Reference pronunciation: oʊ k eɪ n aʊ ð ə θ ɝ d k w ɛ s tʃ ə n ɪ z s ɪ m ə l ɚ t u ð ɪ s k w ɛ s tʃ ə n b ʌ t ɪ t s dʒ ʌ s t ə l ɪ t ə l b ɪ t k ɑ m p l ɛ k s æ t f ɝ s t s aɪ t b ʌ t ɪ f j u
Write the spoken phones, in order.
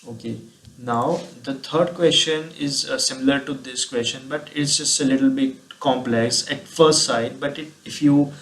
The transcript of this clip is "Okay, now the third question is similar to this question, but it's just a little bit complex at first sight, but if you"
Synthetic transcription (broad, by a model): oʊ k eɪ n aʊ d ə t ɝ d k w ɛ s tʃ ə n ɪ z s ɪ m ə l ɚ t u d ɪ s k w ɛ s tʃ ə n b ʌ t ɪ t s dʒ ʌ s t ə l ɪ t ə l b ɪ t k ɑ m p l ɛ k s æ t f ɝ s t s aɪ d b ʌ t ɪ f j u